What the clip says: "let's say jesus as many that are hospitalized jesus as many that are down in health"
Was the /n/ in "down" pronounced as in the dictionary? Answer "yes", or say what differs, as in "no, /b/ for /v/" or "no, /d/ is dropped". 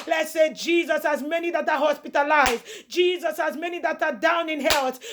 yes